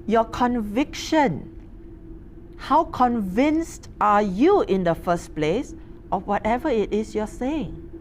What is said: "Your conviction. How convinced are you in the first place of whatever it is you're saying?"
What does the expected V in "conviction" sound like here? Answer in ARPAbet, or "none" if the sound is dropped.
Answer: V